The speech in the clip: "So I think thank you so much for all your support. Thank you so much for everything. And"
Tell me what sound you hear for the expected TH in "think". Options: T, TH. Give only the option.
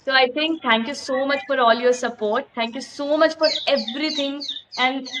T